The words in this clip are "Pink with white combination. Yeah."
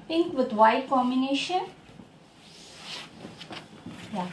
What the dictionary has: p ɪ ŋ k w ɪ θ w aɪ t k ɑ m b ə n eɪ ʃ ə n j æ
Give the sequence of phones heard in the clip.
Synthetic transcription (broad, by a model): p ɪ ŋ k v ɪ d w aɪ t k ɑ m ə n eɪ ʃ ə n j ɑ